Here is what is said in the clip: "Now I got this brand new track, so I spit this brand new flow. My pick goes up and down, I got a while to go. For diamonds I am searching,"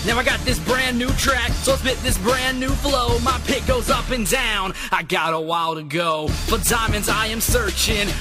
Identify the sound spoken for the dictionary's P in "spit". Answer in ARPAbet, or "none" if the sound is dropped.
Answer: B